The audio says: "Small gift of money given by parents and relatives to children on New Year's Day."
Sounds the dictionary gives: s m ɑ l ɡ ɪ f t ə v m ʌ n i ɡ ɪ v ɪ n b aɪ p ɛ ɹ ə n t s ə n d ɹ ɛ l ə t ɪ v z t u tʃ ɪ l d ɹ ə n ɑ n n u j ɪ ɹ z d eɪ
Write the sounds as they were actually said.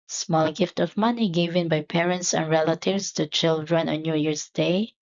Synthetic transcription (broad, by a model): s m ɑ l ɡ ɪ f t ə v m ʌ n i ɡ ɪ v ɪ n b aɪ p ɛ ɹ ə n t s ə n ɹ ɛ l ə t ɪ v s t u tʃ ɪ l d ɹ ə n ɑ n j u j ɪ ɹ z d eɪ